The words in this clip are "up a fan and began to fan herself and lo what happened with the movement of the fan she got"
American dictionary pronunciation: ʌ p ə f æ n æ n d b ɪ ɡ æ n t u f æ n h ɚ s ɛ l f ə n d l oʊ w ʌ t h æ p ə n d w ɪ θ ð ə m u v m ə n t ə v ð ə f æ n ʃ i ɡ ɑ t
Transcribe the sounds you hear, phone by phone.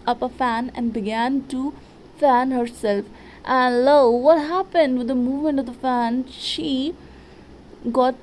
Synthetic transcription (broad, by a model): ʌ p ə f æ n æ n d b ɪ ɡ æ n t u f æ n h ɚ s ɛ l f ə n l oʊ w ʌ t h æ p ə n d w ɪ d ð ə m u v m ə n t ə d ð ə f æ n ʃ i ɡ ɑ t